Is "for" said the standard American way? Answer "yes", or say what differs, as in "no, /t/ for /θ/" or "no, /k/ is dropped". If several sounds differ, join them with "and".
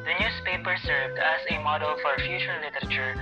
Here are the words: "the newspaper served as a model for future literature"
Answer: yes